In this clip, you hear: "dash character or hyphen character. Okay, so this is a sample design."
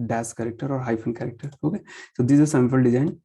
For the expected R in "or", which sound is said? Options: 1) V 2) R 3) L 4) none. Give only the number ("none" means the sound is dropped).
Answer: 2